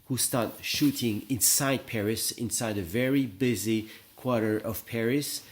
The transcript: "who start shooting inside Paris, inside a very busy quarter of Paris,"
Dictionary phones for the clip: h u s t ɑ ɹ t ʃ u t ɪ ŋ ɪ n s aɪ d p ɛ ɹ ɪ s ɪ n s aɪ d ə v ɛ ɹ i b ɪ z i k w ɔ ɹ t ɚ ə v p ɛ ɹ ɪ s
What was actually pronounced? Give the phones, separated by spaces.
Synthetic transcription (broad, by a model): h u s t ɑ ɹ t ʃ u t ɪ ŋ ɪ n s aɪ d p ɛ ɹ ɪ s ɪ n s aɪ d ə v ɛ ɹ i b ɪ z i k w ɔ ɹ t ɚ ə v p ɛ ɹ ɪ s